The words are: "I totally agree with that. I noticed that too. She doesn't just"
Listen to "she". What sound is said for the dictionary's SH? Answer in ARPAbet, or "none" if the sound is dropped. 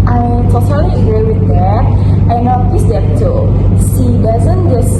S